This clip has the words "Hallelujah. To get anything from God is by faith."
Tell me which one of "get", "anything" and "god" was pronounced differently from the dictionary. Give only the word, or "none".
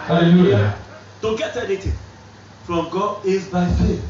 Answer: anything